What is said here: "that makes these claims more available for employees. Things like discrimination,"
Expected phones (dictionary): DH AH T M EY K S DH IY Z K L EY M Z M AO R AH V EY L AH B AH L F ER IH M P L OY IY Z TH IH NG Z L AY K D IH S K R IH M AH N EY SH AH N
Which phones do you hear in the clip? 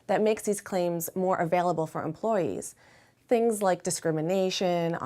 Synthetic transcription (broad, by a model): DH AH T M EY K S DH IY Z K L EY M Z M AO R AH V EY L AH B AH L F ER IH M P L OY IY Z TH IH NG Z L AY K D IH S K R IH M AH N EY SH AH N